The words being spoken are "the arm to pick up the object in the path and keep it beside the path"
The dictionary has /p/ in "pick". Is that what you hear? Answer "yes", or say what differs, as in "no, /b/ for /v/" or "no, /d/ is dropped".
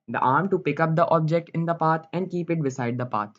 yes